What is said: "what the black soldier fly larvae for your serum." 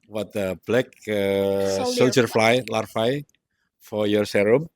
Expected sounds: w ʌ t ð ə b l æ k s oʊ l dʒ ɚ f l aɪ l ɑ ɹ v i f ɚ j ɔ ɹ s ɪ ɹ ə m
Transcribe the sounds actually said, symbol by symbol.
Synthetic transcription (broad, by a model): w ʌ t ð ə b l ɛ k s oʊ l dʒ ɚ f l aɪ l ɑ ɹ f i f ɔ j ɔ ɹ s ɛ ɹ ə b